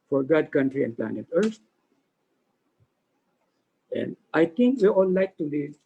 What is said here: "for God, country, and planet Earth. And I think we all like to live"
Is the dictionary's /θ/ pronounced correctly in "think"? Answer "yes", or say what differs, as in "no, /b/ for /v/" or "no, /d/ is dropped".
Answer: no, /t/ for /θ/